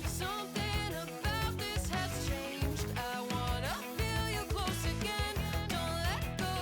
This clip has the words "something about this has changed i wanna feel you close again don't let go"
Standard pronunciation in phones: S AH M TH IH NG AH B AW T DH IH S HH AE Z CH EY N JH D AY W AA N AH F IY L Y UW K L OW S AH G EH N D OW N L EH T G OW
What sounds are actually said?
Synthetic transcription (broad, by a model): S AH M TH IH NG AH B AW T DH IH S HH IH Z CH EY N JH D AY W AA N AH F IY L Y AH K L OW S AH G EH N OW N L EH T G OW